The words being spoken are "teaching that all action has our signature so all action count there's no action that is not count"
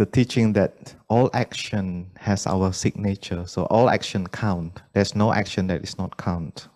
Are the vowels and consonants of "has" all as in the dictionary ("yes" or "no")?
no